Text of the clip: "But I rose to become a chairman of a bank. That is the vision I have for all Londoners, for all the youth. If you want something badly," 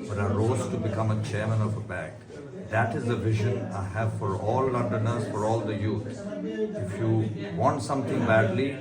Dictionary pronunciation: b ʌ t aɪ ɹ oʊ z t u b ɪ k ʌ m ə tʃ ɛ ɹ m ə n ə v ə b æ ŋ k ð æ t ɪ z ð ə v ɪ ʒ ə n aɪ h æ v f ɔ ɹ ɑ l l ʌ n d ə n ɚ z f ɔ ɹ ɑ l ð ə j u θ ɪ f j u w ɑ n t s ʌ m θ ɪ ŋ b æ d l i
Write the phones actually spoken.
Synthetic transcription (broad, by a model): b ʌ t aɪ ɹ oʊ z t u b ɪ k ʌ m ə tʃ ɛ ɹ m ə n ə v ə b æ k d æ t ɪ z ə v ɪ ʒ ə n aɪ h æ v f ɔ ɹ ɑ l l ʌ n d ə n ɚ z f ɔ ɹ ɑ l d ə j u t ɪ f j u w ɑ n t s ʌ m t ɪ ŋ b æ d l i